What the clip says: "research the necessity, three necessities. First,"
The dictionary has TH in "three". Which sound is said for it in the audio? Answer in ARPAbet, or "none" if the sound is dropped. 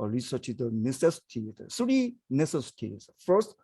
S